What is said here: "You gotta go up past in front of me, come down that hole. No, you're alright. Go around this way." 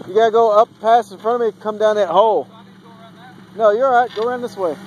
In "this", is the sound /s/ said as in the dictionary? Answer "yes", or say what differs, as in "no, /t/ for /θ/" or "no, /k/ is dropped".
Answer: yes